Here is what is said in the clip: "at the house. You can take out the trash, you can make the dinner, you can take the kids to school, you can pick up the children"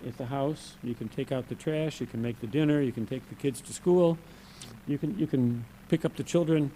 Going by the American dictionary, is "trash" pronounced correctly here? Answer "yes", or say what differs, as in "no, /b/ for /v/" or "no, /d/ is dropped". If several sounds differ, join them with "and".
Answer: yes